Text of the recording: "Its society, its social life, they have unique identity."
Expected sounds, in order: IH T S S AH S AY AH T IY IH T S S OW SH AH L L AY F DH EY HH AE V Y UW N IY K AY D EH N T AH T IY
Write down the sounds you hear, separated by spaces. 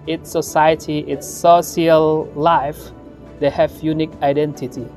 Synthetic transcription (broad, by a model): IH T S S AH S AY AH T IY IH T S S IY AH L L AY F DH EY HH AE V Y UW N IY K AY D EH N T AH T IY